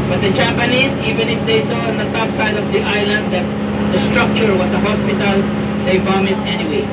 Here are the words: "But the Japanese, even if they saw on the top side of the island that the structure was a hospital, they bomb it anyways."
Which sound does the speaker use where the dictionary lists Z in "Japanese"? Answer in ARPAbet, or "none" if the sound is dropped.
S